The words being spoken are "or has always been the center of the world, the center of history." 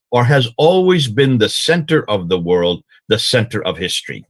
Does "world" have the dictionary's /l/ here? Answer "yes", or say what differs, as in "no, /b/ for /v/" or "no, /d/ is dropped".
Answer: yes